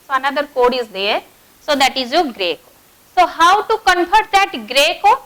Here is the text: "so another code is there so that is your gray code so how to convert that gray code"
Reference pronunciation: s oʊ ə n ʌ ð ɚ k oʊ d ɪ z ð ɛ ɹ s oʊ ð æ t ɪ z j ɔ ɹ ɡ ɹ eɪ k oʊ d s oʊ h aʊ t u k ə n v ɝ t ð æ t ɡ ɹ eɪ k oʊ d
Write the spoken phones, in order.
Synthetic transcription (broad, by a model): s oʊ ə n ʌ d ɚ k oʊ d ɪ z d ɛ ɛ s oʊ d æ t ɪ z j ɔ ɡ ɹ eɪ k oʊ s oʊ h aʊ t u k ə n f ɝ t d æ t ɡ ɹ eɪ k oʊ